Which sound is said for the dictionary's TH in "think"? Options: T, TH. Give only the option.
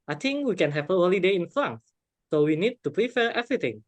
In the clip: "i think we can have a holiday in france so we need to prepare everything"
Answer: T